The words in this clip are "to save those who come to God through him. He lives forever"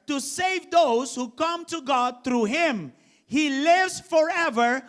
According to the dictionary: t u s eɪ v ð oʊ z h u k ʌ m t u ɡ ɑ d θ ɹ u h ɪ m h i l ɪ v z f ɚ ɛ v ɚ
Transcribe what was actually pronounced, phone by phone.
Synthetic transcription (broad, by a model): t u s eɪ v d oʊ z h u k ʌ m t u ɡ ɑ d t ɹ u h ɪ m h i l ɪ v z f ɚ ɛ v ɚ